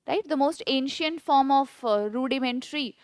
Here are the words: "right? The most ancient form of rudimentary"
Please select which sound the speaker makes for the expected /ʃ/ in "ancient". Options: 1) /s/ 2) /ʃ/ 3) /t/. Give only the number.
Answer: 2